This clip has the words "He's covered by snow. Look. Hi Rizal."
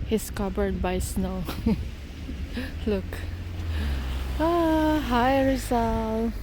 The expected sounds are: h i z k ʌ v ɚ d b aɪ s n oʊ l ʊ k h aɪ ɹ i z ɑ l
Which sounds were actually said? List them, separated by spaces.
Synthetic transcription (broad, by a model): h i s k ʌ b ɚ d b aɪ s n oʊ l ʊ k h aɪ ɹ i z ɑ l